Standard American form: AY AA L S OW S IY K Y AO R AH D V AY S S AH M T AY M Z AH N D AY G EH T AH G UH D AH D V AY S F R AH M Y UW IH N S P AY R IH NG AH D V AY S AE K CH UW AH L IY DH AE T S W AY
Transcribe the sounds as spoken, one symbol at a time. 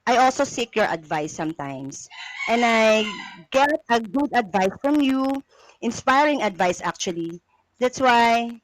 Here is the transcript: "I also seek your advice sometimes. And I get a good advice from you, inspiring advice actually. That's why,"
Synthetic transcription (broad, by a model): AY AA L S OW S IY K Y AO R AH D V AY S S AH M T AY M S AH N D AY G EH T AH G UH D AH D V AY S F R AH M Y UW IH N S P AY R IH NG AH D V AY S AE K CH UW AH L IY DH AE T S W AY